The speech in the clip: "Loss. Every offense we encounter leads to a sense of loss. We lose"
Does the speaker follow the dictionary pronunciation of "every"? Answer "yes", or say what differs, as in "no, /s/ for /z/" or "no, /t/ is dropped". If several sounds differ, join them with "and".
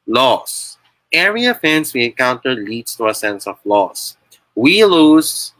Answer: no, /v/ is dropped